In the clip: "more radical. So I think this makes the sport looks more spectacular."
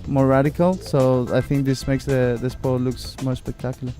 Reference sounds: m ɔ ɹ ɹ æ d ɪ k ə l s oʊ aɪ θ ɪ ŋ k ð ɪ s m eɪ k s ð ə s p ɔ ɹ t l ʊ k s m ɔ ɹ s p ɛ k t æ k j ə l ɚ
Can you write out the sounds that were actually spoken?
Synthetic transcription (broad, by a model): m ɔ ɹ ɹ æ d ɪ k ə l s oʊ aɪ θ ɪ ŋ k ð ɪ s m eɪ k s ð ə s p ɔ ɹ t l ʊ k s m ɔ ɹ s p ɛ k t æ k j l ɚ